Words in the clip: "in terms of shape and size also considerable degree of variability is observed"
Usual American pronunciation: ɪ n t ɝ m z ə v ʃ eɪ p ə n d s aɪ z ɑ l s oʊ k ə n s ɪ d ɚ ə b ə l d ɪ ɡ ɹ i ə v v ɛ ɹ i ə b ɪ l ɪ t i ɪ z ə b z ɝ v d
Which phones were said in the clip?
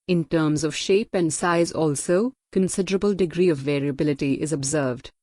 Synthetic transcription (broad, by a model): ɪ n t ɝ m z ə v ʃ eɪ p ə n d s aɪ z ɑ l s oʊ k ə n s ɪ d ɚ ə b ə l d ɪ ɡ ɹ i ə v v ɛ ɹ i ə b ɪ l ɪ t i ɪ z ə b z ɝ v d